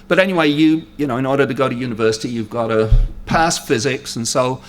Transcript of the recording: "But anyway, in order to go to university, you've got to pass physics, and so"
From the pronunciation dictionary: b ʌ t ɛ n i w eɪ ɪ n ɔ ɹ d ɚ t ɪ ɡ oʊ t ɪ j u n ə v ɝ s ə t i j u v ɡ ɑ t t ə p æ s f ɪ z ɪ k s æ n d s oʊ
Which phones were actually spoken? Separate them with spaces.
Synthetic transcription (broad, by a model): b ʌ t ɛ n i w eɪ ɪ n ɔ ɹ d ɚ t ɪ ɡ oʊ t ɪ j u n ə v ɝ s ə t i j u v ɡ ɑ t t ə p æ s f ɪ z ɪ k s n s oʊ